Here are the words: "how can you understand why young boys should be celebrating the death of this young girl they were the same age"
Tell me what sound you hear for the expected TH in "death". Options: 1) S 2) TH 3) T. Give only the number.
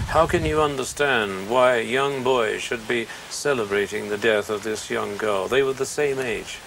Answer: 2